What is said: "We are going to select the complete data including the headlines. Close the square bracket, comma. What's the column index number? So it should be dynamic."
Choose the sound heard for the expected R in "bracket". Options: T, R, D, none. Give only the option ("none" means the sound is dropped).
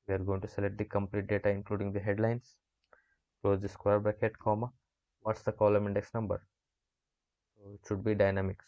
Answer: none